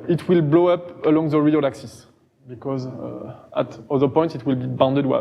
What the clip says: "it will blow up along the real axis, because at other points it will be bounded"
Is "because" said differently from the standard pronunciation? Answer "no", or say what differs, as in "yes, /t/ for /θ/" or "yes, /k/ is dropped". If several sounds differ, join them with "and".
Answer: no